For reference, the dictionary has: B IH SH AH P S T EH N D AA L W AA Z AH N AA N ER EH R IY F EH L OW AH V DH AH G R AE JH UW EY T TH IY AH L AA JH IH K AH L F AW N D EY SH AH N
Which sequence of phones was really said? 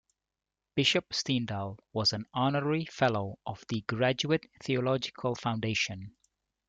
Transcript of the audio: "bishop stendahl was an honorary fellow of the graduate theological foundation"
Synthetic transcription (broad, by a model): B IH SH AH P S T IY N D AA L W AA Z AH N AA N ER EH R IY F EH L OW AH V DH AH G R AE JH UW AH T TH IY AH L AA JH IH K AH L F AW N D EY SH AH N